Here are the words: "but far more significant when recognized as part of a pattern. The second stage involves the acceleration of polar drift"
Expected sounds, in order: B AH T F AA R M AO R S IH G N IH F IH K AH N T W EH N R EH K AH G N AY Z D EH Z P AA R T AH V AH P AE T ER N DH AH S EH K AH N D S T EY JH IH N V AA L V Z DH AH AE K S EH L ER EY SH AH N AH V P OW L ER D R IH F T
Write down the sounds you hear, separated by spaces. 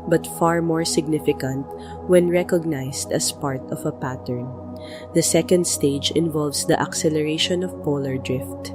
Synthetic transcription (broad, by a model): B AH T F AA R M AO R S IH G N IH F IH K AH N T W EH N R EH K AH G N AY S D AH S P AA R T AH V AH P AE T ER N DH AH S EH K AH N D S T EY JH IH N V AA L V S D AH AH K S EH L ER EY SH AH N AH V P OW L ER D R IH F T